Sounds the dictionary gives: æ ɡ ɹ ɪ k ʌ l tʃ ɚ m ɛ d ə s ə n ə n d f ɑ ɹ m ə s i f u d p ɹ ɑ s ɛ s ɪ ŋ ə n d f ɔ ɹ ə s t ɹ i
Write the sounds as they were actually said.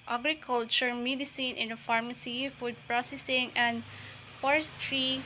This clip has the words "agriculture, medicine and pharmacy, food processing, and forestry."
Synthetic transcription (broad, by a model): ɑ ɡ ɹ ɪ k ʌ l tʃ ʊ m ɛ d ə s ə n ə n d f ɑ ɹ m ə s i f u d p ɹ ɑ s ɛ s ɪ ŋ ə n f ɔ ɹ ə s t ɹ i